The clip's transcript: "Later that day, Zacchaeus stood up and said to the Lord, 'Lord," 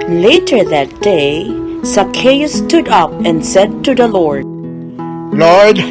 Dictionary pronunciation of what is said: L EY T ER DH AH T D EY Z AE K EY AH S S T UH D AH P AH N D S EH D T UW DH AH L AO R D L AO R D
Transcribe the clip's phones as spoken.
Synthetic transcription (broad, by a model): L EY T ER DH AH T D EY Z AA K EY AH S S T UH D AH P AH N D S EH D T UW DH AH L AO R D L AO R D